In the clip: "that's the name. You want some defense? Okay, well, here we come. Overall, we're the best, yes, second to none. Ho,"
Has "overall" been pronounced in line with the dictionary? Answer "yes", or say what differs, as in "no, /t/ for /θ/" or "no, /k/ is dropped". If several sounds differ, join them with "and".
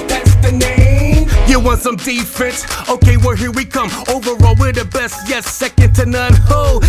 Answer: yes